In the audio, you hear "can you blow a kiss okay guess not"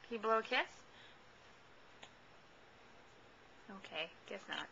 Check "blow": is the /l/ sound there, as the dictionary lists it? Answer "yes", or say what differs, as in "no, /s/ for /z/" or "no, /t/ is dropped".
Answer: yes